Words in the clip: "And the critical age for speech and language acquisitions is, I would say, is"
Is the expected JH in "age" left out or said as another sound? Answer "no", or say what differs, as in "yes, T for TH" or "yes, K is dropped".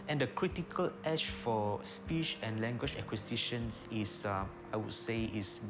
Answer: yes, SH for JH